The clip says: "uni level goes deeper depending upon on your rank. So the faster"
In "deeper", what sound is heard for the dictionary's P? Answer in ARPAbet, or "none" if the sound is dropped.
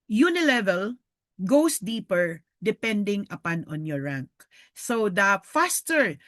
P